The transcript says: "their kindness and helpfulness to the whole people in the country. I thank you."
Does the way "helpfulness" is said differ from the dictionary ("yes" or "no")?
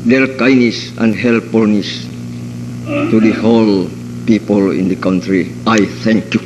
yes